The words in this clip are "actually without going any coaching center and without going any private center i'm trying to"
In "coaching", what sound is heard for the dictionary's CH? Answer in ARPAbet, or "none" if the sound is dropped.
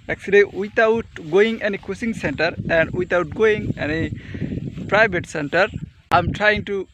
S